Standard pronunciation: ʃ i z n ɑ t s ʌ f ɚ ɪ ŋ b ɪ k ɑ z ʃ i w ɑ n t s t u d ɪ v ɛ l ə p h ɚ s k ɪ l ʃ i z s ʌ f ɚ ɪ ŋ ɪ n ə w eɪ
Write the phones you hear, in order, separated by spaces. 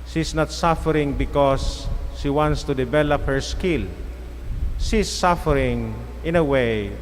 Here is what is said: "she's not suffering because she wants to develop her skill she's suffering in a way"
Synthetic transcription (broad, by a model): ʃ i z n ɑ t s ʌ f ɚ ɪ ŋ b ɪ k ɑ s ʃ i w ɑ n t s t u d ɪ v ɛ l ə p h ɚ s k ɪ l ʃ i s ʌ f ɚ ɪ ŋ ɪ n ə w eɪ